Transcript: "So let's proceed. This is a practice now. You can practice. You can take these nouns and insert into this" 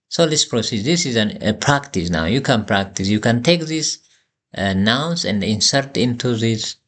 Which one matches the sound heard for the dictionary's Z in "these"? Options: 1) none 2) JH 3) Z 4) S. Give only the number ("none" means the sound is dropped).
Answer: 4